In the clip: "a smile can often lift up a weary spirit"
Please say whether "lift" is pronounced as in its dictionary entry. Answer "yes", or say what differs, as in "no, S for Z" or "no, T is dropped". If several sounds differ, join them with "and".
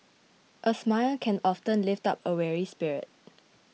yes